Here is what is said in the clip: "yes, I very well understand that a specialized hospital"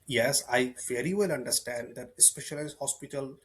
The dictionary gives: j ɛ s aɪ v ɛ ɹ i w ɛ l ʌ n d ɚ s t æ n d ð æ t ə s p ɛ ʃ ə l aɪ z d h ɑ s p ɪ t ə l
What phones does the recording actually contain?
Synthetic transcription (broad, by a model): j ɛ s aɪ f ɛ ɹ i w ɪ l ʌ n d ɚ s t æ n d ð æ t ə s p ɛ ʃ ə l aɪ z h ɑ s p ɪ t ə l